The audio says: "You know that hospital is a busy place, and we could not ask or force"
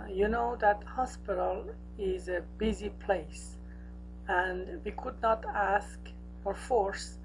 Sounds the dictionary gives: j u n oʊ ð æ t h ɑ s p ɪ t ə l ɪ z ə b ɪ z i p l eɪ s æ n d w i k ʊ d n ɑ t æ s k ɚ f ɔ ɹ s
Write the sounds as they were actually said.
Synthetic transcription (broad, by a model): j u n oʊ ð æ t h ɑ s p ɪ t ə l ɪ z ə b ɪ z i p l eɪ s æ n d w i k ʊ d n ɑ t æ s k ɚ f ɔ ɹ s